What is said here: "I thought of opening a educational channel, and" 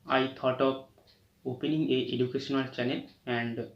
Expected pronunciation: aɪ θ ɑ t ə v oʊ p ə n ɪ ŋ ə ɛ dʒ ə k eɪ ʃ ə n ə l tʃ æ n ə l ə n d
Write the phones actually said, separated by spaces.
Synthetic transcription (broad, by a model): aɪ t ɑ t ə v oʊ p ə n ɪ ŋ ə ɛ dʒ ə k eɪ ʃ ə n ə l tʃ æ n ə l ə n d